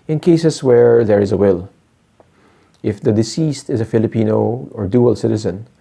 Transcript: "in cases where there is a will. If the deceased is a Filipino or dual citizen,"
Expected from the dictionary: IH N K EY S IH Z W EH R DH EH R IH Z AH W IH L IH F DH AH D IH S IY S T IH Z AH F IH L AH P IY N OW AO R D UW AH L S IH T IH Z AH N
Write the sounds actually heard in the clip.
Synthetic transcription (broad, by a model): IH N K EY S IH S W EH R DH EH R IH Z AH W IH L IH F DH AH D IH S IY S T IH Z AH F IH L AH P IY N OW AO R D UW AH L S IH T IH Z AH N